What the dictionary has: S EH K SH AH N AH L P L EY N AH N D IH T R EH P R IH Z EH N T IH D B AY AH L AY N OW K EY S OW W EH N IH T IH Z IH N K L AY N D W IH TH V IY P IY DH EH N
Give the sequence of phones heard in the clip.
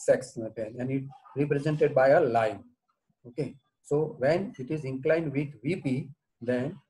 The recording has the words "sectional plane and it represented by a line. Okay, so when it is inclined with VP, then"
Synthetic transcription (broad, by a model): S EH K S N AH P EY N AH N D IH T R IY P R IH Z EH N T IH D B AY AH L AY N OW K EY S OW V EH N IH T IH Z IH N K L AY N D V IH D V IY P IY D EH N